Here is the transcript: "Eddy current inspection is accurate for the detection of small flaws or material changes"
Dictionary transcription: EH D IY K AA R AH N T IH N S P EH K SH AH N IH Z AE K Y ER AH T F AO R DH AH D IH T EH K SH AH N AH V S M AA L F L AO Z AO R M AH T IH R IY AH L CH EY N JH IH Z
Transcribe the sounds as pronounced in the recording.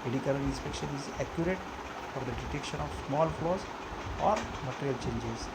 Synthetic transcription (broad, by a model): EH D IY K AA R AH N IH N S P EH K SH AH N IH Z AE K Y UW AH T F AO R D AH D IH T EH K SH AH N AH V S M AA L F L AO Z AO R M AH T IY R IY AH L CH EY N JH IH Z